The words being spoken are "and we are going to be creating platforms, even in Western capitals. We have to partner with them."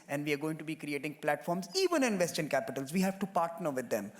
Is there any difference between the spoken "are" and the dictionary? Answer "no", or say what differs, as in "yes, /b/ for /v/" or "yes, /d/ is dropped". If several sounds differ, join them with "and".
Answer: no